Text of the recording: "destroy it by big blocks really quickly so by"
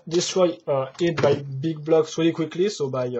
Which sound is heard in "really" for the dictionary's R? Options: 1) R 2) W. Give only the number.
2